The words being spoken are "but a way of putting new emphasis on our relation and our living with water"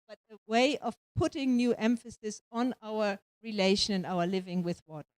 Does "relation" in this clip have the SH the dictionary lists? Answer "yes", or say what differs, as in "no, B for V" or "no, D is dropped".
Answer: yes